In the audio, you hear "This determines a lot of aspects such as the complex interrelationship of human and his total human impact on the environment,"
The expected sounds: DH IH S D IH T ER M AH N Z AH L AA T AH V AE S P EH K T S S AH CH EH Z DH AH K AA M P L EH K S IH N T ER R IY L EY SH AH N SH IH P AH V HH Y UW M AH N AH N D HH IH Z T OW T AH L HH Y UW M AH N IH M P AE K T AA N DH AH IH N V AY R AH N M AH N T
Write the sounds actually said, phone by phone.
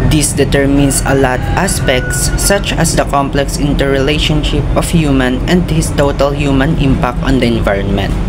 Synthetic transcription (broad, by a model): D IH S D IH T ER M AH N S AH L AA T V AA S P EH K T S S AH CH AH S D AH K AA M P L EH K S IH N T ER R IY L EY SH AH N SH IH P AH F HH Y UW M AH N AH N D HH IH S T OW T AH L HH Y UW M AH N IH M P AE K T AA N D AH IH N V AY R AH N M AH N T